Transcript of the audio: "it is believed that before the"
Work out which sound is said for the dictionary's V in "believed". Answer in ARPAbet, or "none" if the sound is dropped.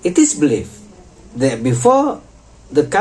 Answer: F